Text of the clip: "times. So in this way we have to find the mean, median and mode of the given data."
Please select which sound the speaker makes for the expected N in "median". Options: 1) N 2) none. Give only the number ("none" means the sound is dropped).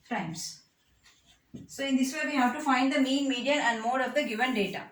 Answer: 2